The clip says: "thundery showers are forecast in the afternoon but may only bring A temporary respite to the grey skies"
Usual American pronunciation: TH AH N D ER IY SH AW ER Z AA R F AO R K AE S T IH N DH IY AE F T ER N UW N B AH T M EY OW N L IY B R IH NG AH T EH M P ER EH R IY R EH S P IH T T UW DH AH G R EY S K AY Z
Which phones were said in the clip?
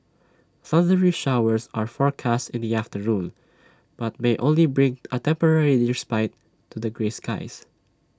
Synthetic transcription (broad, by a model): S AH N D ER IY SH AW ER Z AA R F AO R K AE S T IH N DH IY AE F T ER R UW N B AH T M EY OW N L IY B R IH NG AH T EH M P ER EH R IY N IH S P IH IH T UW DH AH G R EY S K AY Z